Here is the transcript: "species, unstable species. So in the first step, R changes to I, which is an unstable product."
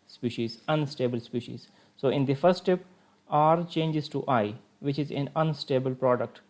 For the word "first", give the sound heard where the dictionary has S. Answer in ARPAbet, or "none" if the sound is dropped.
S